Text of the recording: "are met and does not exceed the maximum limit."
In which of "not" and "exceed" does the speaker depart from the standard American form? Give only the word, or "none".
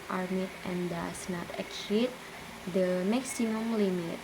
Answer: exceed